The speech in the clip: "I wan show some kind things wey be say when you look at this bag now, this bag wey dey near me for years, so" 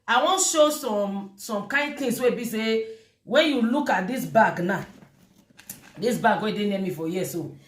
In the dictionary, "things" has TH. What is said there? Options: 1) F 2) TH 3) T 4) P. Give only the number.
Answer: 3